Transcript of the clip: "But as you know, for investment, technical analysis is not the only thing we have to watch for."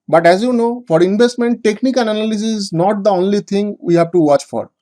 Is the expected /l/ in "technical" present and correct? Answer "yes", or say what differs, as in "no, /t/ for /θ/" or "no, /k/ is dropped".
no, /n/ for /l/